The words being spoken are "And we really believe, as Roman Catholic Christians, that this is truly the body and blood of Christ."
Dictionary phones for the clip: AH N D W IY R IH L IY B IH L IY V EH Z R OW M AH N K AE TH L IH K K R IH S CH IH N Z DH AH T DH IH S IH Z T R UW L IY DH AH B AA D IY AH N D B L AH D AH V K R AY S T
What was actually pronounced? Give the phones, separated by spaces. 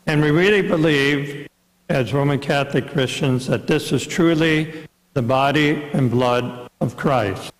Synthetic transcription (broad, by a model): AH N W IY R IH L IY B IH L IY V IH Z R OW M AH N K AE TH L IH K K R IH S CH IH N Z DH AH T DH IH S IH Z T R UW L IY DH AH B AA D IY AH N B L AH D AH V K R AY S T